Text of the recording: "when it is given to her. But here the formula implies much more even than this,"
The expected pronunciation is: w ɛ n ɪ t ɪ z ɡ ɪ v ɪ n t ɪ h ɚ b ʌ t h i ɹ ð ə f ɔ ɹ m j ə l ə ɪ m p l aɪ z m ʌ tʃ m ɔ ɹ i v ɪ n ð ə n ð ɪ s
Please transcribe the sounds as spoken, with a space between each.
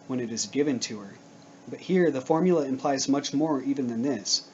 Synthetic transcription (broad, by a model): w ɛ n ɪ t ɪ z ɡ ɪ v ɪ n t ɪ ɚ b ʌ t h i ɹ ð ə f ɔ ɹ m j l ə ɪ m p l aɪ z m ʌ tʃ m ɔ ɹ i v ɪ n ð ə n ð ɪ s